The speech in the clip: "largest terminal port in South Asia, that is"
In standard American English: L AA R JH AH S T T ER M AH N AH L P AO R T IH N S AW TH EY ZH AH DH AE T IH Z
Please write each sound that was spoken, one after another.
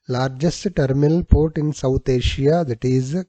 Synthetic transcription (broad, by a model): L AA R JH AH S T T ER M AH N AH L P AO R T IH N S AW T EY SH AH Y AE T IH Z